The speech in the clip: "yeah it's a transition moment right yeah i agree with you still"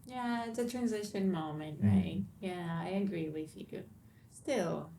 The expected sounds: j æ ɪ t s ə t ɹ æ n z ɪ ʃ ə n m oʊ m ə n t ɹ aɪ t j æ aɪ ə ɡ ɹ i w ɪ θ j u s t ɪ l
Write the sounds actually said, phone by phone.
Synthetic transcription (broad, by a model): j æ ɪ t s ə t ɹ æ n z ɪ ʃ ə n m oʊ m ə n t ɹ aɪ t j æ aɪ ə ɡ ɹ i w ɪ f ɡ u s t ɪ l